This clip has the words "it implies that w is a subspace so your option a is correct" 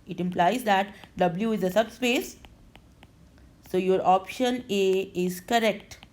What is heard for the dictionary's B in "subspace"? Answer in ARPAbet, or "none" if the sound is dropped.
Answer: B